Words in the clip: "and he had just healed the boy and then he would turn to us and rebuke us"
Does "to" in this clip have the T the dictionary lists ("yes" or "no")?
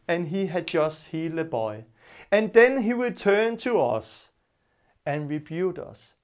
yes